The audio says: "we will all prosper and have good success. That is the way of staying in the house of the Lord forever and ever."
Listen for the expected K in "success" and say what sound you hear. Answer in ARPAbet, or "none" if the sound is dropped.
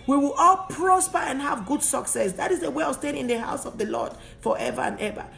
K